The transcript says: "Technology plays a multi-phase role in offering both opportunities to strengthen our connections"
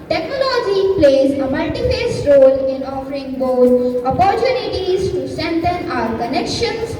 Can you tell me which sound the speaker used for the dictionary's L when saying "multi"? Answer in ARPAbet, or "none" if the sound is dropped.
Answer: none